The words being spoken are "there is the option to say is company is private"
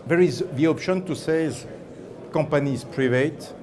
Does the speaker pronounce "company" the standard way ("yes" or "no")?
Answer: no